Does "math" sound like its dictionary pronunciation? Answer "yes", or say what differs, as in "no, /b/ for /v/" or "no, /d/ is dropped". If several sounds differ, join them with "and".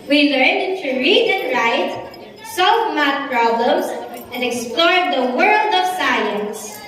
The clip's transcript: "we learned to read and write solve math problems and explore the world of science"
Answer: no, /t/ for /θ/